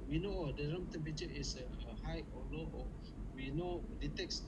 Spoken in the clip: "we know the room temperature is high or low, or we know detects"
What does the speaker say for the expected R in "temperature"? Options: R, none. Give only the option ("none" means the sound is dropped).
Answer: none